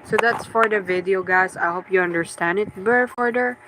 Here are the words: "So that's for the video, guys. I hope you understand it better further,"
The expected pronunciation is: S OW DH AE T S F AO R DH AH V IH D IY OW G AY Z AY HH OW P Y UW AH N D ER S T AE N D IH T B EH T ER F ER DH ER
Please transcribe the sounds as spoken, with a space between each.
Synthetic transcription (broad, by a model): S OW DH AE T S F AO R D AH V IH D IY OW G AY S AY HH OW P Y UW AH N D ER S T AE N D IH T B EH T F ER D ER